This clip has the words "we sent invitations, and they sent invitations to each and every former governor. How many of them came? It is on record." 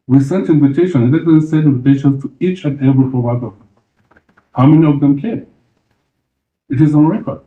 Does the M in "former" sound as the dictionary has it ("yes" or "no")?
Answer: no